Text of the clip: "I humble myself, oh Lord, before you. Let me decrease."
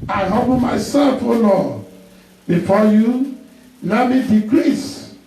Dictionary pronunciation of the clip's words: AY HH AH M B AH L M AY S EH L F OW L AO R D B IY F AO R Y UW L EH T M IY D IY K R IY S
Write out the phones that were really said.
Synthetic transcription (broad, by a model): AY HH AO B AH M AY S EH L F OW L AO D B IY F AO Y UW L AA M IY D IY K R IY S